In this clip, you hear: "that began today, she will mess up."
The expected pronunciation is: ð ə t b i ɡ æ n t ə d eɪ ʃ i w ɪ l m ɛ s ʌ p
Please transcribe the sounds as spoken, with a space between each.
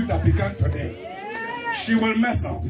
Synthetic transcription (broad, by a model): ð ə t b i ɡ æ n t ə d eɪ ʃ i w ɪ l m ɛ s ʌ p